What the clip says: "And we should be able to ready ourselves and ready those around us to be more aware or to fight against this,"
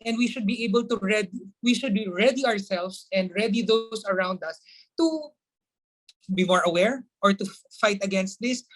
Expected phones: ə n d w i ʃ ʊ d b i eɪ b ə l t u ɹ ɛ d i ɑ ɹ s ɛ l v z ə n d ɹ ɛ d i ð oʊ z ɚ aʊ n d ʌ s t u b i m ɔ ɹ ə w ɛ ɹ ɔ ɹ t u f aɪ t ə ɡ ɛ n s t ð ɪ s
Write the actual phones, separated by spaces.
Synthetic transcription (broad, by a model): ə n d w i ʃ ʊ d b i eɪ b ə l t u ɹ ɛ d i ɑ ɹ s ɛ l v s ə n d ɹ ɛ d i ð oʊ s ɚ aʊ n d ʌ s t u b i m ɔ ɹ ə w ɛ ɹ ɔ ɹ t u f aɪ t ə ɡ ɛ n s t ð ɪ s